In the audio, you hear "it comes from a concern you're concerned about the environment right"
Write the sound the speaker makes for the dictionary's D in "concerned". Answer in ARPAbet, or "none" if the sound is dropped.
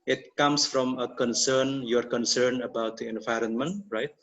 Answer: none